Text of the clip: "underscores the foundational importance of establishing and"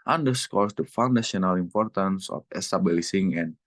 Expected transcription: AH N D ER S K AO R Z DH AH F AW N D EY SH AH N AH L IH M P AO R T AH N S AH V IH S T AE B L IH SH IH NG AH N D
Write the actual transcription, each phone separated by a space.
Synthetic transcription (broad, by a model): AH N D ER S K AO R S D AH F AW N D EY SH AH N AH L IH M P AO R T AH N S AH F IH S T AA B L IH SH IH NG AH N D